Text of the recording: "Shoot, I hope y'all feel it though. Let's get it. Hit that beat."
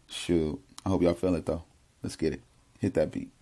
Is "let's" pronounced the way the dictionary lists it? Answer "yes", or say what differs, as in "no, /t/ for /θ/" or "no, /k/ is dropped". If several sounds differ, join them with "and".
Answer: yes